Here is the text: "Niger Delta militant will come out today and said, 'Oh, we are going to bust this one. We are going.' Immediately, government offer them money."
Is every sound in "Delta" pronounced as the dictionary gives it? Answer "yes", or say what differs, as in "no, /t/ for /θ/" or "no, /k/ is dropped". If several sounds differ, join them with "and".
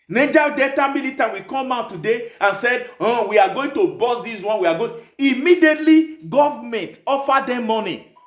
no, /l/ is dropped